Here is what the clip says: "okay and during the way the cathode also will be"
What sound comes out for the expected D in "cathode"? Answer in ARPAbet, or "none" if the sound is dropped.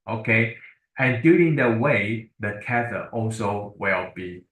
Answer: none